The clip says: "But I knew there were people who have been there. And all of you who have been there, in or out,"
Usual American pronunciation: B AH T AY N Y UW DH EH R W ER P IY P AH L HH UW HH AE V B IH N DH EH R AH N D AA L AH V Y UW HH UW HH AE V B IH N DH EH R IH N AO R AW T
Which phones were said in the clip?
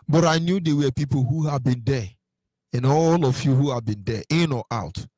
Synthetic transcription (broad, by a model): B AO T AY N Y UW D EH W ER P IY P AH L HH UW HH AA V B IH N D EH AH N AA L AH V Y UW HH UW HH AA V B IH N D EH IH N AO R AW T